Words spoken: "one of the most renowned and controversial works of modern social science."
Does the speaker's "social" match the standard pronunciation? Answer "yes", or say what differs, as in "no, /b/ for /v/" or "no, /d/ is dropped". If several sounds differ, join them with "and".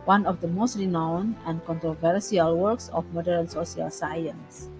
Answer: no, /s/ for /ʃ/